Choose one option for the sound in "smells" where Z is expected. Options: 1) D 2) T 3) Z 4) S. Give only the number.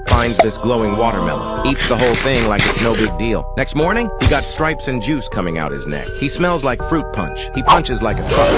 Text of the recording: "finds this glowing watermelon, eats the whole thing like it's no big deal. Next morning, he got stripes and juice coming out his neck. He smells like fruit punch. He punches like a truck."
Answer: 3